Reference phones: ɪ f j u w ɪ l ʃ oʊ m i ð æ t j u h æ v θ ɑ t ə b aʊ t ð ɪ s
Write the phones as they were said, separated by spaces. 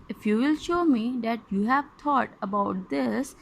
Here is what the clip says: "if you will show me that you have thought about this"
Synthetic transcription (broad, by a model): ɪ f j u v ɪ l ʃ oʊ m i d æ t j u h æ v t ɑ t ə b aʊ t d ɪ s